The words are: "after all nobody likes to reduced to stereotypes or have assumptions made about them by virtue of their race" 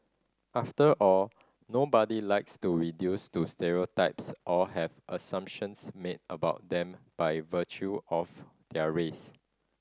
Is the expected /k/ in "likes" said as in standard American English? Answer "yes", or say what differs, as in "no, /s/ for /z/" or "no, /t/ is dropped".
yes